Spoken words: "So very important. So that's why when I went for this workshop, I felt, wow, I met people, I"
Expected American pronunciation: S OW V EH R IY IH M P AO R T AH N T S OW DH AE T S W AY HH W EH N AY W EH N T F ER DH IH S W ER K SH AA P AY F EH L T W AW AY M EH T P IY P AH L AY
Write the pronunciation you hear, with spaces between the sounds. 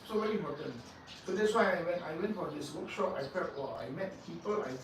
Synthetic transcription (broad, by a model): S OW V EH R IY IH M P AO T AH N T S OW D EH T S W AY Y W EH N AY W EH N T F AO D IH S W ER K SH AA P AY P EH T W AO AY M EH T P IY P AH L AY